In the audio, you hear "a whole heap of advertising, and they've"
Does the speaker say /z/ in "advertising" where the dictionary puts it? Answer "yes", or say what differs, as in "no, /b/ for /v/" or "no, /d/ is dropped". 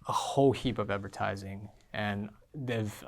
yes